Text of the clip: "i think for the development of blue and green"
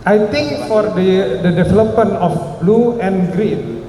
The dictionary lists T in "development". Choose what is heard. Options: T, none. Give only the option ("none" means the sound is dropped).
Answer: none